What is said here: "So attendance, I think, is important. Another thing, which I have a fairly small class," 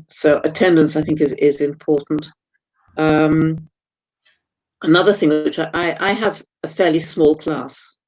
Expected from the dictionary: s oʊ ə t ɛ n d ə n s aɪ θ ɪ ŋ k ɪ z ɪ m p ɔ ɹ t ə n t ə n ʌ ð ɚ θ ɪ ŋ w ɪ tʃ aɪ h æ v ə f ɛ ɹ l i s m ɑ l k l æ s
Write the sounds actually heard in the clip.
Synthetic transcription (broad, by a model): s oʊ ə t ɛ n d ə n s aɪ θ ɪ ŋ k ɪ z ɪ m p ɔ ɹ t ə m t ə n ʌ ð ɚ θ ɪ ŋ w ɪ tʃ aɪ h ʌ v ə f ɛ ɹ l i s m ɑ l k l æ s